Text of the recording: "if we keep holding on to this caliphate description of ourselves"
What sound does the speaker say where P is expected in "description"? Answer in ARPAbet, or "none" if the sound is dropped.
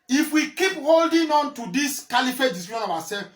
none